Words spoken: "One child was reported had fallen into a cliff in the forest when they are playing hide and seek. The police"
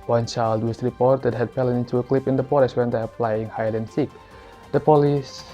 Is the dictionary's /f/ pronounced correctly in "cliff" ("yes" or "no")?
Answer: no